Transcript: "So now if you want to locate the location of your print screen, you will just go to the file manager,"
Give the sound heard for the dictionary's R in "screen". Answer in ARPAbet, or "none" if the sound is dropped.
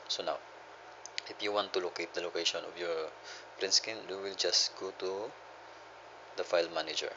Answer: none